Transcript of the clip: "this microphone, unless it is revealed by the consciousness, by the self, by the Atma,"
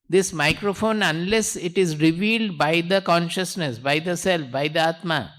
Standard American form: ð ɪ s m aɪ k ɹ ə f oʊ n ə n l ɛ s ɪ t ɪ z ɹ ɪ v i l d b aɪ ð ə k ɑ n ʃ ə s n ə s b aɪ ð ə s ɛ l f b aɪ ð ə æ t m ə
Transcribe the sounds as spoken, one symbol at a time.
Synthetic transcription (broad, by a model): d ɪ s m aɪ k ɹ ə f oʊ n ə n l ɛ s ɪ t ɪ z ɹ ɪ v i l d b aɪ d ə k ɑ n ʃ ə s n ə s b aɪ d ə s ɛ l f b aɪ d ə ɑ t m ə